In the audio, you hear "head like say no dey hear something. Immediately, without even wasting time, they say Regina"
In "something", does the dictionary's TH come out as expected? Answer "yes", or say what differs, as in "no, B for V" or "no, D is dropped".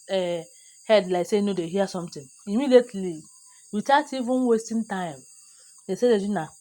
no, T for TH